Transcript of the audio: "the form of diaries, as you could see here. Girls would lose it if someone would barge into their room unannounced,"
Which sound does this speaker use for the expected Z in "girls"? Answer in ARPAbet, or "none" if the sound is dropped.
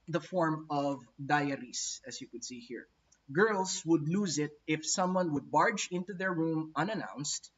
S